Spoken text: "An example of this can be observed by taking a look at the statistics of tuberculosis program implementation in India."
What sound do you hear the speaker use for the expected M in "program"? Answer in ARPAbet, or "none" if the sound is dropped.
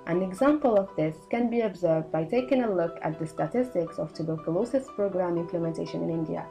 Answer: M